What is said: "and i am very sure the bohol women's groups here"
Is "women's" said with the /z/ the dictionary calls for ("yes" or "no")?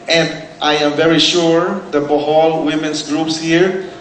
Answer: no